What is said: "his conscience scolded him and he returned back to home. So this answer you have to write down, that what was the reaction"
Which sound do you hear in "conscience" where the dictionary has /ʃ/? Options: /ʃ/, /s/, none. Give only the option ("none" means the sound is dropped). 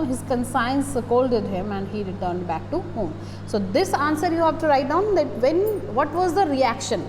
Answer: /s/